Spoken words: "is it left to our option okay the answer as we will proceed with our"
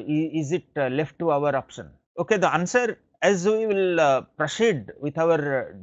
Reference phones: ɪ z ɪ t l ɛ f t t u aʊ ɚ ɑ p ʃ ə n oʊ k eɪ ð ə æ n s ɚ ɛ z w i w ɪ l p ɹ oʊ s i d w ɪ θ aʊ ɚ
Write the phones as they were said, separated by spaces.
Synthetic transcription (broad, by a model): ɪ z ɪ t l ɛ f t t u aʊ ɚ ɑ p ʃ ə n oʊ k eɪ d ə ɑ n s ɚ ɛ z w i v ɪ l p ɹ oʊ s i d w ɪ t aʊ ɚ